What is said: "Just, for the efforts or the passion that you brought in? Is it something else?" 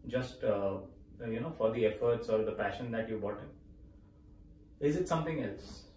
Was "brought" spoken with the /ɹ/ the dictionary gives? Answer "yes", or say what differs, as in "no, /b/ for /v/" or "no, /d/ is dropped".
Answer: no, /ɹ/ is dropped